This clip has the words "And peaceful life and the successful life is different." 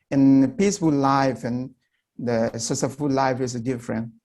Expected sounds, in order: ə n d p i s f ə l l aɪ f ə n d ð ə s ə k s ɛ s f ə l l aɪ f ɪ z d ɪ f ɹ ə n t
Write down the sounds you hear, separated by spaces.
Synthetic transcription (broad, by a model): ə n p i s f ə l l aɪ f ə n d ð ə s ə s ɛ f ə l l aɪ f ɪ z d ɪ f ɹ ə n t